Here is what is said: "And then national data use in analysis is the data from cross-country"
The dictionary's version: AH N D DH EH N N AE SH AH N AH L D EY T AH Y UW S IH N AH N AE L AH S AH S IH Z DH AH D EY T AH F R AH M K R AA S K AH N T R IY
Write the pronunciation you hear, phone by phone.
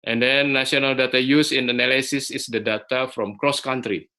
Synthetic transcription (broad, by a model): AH N D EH N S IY AH N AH L D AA T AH Y UW S IH N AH N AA L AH S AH S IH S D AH D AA T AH F R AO M K R AA S K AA N T R IY